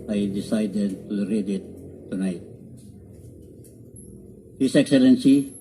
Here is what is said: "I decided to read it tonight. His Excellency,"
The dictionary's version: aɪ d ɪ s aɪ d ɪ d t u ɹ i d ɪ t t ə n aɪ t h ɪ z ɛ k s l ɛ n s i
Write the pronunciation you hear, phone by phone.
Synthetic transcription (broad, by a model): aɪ d ɪ s aɪ d ɪ d t u ɹ i d ɪ t t ə n aɪ t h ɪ s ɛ k s l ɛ n s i